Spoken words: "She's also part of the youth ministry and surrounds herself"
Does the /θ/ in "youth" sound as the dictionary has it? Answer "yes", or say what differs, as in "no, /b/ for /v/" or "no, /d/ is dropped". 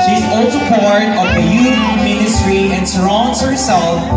no, /f/ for /θ/